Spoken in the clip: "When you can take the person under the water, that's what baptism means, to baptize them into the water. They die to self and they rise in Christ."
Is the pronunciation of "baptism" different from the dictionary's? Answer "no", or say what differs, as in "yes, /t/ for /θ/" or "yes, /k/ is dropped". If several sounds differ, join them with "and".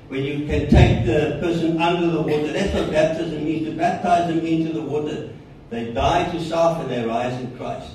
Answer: no